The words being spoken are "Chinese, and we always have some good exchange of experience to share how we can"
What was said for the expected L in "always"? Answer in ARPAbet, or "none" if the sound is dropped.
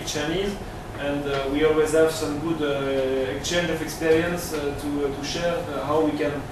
L